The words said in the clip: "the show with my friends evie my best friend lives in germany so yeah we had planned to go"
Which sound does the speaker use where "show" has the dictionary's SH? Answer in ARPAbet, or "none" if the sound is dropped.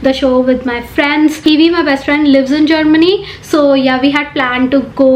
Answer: SH